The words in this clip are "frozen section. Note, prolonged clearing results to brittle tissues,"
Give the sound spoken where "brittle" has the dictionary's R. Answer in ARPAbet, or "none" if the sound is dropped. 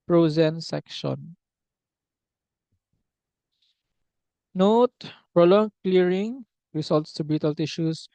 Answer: none